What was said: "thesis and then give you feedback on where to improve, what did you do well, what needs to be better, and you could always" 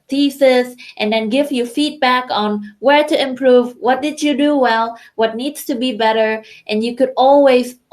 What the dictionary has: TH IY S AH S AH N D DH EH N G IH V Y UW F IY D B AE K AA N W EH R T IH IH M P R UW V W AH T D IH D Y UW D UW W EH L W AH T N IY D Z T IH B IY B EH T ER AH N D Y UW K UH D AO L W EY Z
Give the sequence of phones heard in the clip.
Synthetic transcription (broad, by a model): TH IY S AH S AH N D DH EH N G IH V Y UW F IY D B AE K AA N W EH R T IH IH M P R UW V W AH T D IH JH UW D UW W EH L W AH T N IY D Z T IH B IY B EH T ER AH N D Y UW K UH D AO L W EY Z